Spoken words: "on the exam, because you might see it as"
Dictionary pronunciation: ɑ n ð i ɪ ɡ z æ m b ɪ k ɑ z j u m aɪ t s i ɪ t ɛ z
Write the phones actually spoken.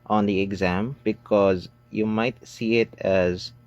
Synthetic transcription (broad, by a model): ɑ n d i ɪ ɡ z æ m b ɪ k ɑ z j u m aɪ t s i ɪ t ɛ z